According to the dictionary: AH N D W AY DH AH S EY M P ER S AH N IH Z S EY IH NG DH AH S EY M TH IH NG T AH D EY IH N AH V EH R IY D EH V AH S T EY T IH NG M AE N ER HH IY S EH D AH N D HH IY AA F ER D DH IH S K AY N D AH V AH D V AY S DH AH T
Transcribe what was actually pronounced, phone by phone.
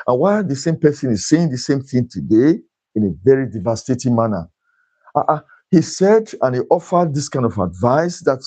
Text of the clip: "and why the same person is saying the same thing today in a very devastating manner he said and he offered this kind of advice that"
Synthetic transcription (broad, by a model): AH N W AY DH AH S EY M P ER S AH N IH Z S EY IH NG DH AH S EY M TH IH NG T AH D EY IH N AH V EH R IY D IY V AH S T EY T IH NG M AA N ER HH IY S EH D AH N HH IY AA F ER D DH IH S K AY N D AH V AH D V AY S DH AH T